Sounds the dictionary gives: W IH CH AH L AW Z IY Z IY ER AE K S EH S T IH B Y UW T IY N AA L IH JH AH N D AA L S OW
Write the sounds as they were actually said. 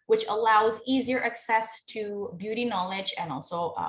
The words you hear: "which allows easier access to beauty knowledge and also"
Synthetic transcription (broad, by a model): W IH CH AH L AW Z IY Z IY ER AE K S EH S T IH B Y UW T IY N AA L IH JH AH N AA L S OW